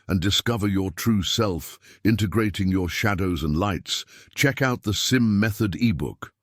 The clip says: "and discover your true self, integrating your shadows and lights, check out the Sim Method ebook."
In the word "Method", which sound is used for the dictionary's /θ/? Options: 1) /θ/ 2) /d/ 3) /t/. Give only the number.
1